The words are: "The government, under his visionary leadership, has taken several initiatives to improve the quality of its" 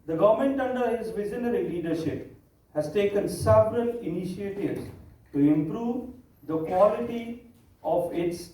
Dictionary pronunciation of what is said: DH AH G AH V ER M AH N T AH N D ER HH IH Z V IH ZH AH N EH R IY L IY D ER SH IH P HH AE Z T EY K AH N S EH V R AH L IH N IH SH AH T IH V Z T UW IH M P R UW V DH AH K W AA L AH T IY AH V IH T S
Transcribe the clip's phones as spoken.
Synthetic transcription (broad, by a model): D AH G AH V M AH N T AH N D ER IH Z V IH Z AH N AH R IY L IY D ER SH IH P HH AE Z T EY K AH N S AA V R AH N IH N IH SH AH T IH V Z T UW IH M P R UW V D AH K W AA L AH T IY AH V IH T S